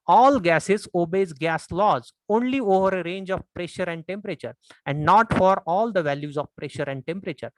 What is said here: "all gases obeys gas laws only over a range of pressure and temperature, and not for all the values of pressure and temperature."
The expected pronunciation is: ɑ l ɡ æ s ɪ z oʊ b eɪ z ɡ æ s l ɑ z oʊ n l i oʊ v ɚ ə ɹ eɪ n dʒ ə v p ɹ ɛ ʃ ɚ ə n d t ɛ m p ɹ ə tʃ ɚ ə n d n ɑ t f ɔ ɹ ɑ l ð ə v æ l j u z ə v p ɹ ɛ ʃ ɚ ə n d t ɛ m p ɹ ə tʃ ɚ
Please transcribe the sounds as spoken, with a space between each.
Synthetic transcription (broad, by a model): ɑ l ɡ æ s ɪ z oʊ b eɪ z ɡ æ s l ɑ z oʊ n l i oʊ v ɚ ə ɹ eɪ n dʒ ə v p ɹ ɛ ʃ ɚ ə n d t ɛ m p ɹ ə tʃ ɚ ə n d n ɑ t f ɔ ɹ ɑ l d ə v æ l j u z ə v p ɹ ɛ ʃ ɚ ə n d t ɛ m p ɹ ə tʃ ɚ